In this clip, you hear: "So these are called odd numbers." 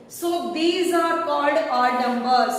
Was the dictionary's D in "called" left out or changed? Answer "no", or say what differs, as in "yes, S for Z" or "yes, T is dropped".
no